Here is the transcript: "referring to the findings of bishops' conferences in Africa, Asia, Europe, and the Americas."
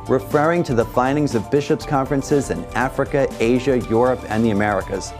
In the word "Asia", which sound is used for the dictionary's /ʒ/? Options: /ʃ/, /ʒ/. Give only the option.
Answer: /ʒ/